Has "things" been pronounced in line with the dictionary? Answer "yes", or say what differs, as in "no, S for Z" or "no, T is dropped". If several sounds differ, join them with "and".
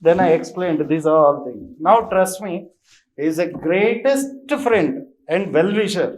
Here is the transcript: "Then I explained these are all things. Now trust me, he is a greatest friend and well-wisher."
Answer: no, T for TH and Z is dropped